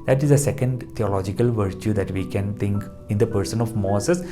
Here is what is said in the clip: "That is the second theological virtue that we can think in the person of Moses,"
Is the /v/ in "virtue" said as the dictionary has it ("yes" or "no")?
yes